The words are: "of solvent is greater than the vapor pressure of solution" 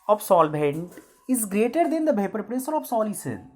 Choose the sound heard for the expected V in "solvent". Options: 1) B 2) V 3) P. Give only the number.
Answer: 1